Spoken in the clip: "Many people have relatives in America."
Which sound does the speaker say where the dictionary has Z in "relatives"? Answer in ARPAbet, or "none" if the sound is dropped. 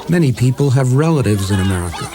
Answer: Z